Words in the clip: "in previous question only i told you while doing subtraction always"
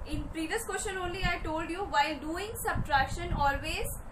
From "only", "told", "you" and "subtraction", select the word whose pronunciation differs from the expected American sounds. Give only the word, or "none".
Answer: none